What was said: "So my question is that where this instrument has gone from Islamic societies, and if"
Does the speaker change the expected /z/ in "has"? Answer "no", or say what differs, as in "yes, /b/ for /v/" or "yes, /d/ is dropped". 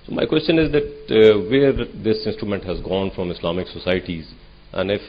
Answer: no